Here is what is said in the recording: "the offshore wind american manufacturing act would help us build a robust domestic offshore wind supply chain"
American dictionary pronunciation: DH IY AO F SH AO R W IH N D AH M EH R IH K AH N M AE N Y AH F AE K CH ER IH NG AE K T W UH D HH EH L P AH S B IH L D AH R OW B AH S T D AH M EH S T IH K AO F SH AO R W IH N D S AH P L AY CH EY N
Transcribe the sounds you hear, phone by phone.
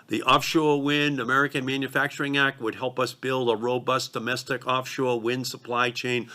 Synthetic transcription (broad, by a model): DH IY AO F SH AO R W IH N D AH M EH R IH K AH N M AE N Y AH F AE K CH ER IH NG AE K T W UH D HH EH L P AH S B IH L D AH R OW B AH S D AH M EH S T IH K AO F SH AO R W IH N D S AH P L AY CH EY N